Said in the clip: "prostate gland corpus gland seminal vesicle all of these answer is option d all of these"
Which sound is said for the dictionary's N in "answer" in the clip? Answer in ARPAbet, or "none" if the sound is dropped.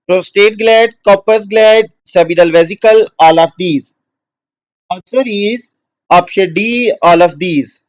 none